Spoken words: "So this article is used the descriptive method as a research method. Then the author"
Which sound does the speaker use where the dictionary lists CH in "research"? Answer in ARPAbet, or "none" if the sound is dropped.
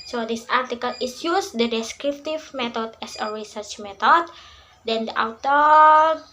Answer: CH